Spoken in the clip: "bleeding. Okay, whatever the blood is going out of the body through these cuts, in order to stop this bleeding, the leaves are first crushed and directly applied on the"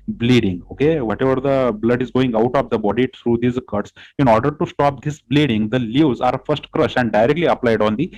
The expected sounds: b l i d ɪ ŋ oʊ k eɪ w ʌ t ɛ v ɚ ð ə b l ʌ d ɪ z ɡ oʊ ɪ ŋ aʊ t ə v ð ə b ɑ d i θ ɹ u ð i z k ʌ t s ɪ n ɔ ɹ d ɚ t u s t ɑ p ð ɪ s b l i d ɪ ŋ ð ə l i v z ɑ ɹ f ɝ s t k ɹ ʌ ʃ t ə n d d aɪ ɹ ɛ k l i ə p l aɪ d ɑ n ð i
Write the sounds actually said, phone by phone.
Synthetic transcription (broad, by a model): b l i d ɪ ŋ oʊ k eɪ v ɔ t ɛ v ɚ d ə b l ʌ d ɪ z ɡ oʊ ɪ ŋ aʊ t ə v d ə b ɑ d i t ɹ u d i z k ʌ t s ɪ n ɔ ɹ d ɚ t u s t ɑ p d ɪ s b l i d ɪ ŋ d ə l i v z ɑ ɹ f ɝ s t k ɹ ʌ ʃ ə n d d aɪ ɹ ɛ k l i ə p l aɪ d ɑ n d i